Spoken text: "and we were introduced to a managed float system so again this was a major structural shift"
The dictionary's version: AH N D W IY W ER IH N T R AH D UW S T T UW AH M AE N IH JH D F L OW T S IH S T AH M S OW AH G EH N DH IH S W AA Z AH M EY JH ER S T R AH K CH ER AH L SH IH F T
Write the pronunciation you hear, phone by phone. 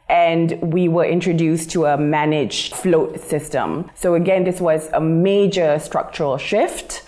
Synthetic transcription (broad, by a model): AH N D W IY W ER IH N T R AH D UW S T T UW AH M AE N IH JH F L OW T S IH S T AH M S OW AH G EH N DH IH S W AA Z AH M EY JH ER S T R AH K CH ER AH L SH IH F T